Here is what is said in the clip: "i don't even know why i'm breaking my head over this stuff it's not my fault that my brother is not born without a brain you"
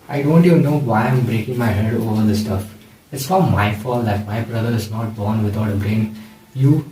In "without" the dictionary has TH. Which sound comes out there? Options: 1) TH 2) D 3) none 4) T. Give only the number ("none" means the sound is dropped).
4